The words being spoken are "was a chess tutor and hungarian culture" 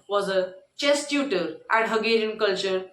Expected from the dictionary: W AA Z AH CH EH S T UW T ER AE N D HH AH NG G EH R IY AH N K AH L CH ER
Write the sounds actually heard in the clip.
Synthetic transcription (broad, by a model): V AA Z AH CH EH S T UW T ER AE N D HH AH G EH R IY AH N K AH L CH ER